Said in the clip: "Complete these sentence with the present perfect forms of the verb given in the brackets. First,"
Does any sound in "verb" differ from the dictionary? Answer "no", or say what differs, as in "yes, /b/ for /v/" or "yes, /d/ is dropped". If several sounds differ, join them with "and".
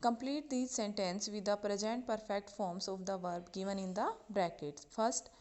no